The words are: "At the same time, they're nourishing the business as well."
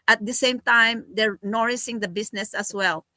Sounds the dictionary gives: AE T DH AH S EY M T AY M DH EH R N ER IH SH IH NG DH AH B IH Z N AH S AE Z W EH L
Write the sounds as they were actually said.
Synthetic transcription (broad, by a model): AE T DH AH S EY M T AY M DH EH R N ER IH S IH NG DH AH B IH S N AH S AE S W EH L